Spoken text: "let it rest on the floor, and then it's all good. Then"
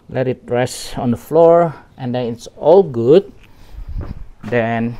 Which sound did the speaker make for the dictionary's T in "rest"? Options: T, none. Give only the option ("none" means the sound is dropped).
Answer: none